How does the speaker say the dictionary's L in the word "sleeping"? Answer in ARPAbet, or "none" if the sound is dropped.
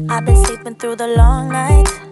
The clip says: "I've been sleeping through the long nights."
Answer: none